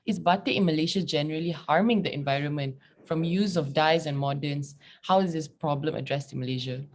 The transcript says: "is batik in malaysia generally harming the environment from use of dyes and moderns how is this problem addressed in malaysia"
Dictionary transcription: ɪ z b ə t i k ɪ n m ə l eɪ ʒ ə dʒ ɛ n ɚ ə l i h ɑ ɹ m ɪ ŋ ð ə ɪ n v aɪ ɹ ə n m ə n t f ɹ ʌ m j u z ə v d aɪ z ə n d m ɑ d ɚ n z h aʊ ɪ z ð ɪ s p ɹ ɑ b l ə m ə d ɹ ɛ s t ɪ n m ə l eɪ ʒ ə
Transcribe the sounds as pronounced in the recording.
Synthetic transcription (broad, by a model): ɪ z b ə t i ɪ n m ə l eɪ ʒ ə dʒ ɛ n ɚ ə l i h ɑ ɹ m ɪ ŋ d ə ɪ n v aɪ ɹ ə n m ə n t f ɹ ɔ m j u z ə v d aɪ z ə n m ɑ d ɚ n s h aʊ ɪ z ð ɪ s p ɹ ɑ b l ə m ə d ɹ ɛ s t ɪ n m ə l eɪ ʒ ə